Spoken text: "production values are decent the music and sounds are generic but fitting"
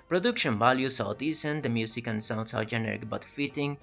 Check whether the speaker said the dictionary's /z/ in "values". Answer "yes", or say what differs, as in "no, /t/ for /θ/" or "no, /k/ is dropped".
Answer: no, /s/ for /z/